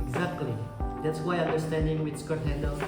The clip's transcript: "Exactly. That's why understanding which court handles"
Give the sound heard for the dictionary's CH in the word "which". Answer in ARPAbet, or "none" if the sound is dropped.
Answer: S